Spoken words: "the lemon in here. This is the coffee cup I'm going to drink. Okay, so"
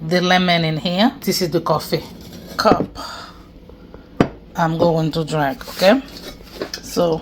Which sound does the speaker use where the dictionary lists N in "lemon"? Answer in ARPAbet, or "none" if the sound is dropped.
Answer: N